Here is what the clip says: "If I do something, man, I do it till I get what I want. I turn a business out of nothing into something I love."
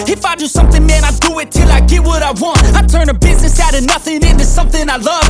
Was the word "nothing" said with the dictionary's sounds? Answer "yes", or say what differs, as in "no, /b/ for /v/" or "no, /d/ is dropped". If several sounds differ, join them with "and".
yes